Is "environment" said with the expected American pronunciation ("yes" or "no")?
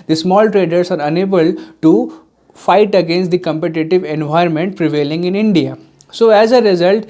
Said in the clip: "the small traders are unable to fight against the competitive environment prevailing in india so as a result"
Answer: no